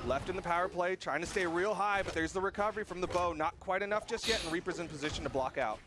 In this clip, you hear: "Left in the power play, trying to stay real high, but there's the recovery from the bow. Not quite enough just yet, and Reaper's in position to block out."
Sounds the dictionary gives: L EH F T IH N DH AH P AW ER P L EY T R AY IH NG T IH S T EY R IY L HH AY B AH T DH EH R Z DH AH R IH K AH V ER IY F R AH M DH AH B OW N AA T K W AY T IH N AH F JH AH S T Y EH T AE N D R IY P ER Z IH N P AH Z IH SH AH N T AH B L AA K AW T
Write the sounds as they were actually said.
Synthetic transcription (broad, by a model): L EH F T IH N DH AH P AW ER P L EY T R AY IH NG T IH S T EY R IY L HH AY B AH T DH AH R Z DH AH R IH K AH V ER IY F R AH M DH AH B OW N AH T K W AY T IH N AH F JH AH S T Y EH T N R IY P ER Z IH N P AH Z IH SH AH N T AH B L AA K AW T